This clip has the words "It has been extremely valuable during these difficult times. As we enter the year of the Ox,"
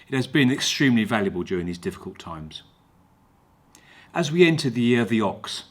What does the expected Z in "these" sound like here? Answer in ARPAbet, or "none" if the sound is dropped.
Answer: Z